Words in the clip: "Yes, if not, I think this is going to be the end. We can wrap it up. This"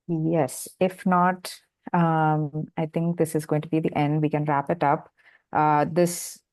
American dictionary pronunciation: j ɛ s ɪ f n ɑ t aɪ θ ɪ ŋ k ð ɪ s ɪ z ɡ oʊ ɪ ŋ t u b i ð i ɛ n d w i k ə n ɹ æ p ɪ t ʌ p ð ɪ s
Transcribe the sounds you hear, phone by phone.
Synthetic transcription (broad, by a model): j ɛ s ɪ f n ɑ t aɪ t ɪ ŋ k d ɪ s ɪ z ɡ oʊ ɪ ŋ t u b i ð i ɛ n d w i k ə n ɹ æ p ɪ t ʌ p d ɪ s